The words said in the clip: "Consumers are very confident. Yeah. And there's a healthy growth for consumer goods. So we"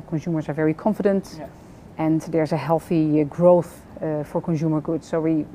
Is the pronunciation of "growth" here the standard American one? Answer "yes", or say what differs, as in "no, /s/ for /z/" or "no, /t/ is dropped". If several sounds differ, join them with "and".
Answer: yes